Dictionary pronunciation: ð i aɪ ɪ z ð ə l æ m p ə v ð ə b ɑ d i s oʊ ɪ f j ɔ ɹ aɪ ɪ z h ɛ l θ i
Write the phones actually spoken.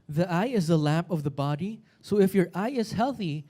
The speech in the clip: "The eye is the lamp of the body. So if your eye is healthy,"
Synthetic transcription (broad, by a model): ð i aɪ ɪ z ð ə l æ m p ə v ð ə b ɑ d i s oʊ ɪ f j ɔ ɹ aɪ ɪ z h ɛ l θ i